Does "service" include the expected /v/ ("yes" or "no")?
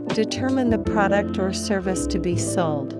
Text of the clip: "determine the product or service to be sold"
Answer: yes